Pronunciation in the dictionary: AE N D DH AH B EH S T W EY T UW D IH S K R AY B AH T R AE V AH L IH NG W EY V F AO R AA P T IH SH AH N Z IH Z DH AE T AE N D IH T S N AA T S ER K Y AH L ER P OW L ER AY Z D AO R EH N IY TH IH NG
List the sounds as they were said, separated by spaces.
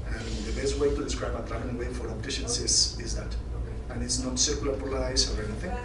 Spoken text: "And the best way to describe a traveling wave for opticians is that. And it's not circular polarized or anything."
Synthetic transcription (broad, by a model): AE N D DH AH B EH S T W EY T UW D IH S K R AY B AH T R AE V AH N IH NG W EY F AO R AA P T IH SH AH N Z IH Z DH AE T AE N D IH T S N AA T S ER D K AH L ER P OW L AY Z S AO R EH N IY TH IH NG